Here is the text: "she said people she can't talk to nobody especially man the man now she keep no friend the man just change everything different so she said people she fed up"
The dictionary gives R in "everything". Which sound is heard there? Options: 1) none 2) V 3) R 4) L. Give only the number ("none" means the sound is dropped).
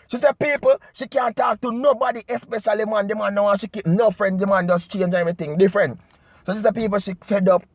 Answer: 1